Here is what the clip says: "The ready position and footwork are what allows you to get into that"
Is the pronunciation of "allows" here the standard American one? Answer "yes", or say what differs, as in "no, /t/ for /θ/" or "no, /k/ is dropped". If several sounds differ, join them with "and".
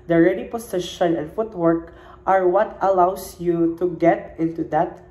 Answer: no, /s/ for /z/